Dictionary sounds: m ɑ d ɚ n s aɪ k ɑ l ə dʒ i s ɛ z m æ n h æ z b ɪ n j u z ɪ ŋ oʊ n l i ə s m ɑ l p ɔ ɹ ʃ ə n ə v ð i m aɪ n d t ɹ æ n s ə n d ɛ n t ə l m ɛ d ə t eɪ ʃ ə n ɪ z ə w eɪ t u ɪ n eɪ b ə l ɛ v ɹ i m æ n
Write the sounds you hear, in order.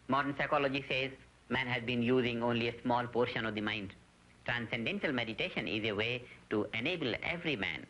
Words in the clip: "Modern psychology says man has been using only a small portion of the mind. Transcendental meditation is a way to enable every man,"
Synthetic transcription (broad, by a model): m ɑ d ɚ n s aɪ k ɑ l ə dʒ i s ɛ z m æ n h æ z b ɪ n j u z ɪ ŋ oʊ n l i ə s m ɑ l p ɔ ɹ ʃ ə n ə v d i m aɪ n d t ɹ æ n s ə n d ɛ n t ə l m ɛ d ə t eɪ ʃ ə n ɪ z ə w eɪ t u ɪ n eɪ b ə l ɛ v ɹ i m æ n